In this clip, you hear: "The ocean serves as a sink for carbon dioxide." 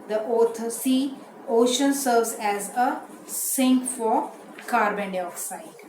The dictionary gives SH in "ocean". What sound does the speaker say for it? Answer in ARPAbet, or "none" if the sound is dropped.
SH